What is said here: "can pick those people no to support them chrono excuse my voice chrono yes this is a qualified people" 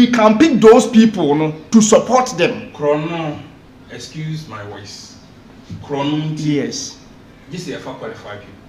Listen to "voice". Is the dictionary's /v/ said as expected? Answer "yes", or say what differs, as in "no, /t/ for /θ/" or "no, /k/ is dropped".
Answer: no, /w/ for /v/